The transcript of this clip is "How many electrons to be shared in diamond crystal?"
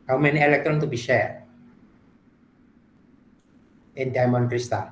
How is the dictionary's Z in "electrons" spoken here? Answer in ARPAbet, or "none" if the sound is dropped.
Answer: none